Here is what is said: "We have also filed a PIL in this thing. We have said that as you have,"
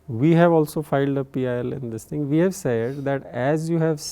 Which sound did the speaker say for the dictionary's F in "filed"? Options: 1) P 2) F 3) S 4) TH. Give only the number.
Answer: 2